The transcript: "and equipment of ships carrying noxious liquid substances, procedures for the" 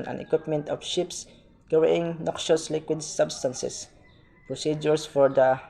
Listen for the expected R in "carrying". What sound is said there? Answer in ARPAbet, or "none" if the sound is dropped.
W